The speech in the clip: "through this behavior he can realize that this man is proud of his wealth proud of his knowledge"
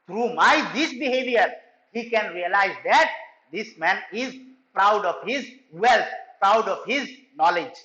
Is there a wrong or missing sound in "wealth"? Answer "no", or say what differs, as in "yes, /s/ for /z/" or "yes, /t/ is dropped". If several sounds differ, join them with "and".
yes, /t/ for /θ/